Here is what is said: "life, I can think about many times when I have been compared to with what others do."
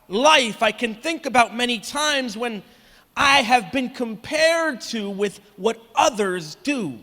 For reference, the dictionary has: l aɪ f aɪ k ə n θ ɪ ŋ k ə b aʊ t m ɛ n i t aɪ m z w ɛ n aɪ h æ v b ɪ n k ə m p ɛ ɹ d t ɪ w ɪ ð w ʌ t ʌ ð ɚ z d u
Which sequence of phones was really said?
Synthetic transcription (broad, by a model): l aɪ f aɪ k ə n θ ɪ ŋ k ə b aʊ t m ɛ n i t aɪ m z w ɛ n aɪ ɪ v b ɪ n k ə m p ɛ ɹ d t ɪ w ɪ ð w ʌ t ʌ ð ɚ z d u